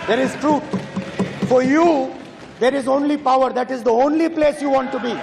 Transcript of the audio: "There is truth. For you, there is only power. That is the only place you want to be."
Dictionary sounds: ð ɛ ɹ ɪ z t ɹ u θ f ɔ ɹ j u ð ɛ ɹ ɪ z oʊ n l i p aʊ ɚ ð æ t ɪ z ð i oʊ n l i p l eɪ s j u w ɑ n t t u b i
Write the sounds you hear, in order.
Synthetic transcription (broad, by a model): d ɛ ɹ ɪ z t ɹ u t f ɔ ɹ j u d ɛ ɹ ɪ z oʊ n l i p aʊ ɚ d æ t ɪ z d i oʊ n l i p l eɪ s j u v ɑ n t t u b i